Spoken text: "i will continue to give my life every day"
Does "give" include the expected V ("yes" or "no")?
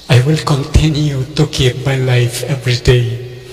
no